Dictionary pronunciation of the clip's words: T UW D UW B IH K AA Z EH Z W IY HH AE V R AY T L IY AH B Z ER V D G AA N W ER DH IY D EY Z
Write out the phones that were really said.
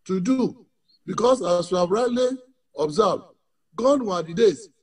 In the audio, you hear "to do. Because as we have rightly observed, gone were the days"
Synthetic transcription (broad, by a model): T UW D UW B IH K AA S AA S W IY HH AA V R AY T L IY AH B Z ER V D G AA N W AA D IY D EY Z